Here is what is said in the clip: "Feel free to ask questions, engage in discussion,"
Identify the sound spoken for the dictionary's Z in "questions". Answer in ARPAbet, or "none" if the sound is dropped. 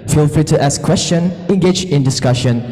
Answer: none